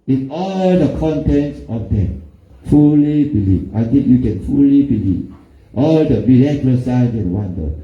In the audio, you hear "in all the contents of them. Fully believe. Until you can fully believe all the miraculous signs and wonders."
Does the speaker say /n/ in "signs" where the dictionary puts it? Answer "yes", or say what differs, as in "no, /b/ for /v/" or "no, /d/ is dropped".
no, /n/ is dropped